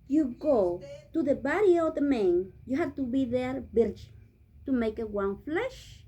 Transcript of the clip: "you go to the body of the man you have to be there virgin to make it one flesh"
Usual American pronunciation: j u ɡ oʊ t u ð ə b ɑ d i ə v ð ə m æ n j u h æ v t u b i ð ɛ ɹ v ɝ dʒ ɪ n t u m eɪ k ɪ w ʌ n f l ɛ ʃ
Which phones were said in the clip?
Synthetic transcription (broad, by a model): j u ɡ oʊ t u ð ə b ɑ d i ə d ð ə m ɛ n j u h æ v t u b i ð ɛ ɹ b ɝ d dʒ t u m eɪ k ɪ w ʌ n f l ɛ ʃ